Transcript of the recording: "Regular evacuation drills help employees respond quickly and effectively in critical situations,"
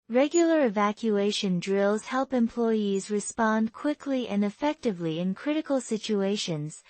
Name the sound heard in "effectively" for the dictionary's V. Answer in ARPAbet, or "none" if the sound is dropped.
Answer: V